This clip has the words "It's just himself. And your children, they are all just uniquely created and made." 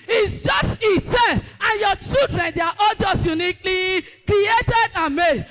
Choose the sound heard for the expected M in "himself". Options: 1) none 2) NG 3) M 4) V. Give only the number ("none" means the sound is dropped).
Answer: 1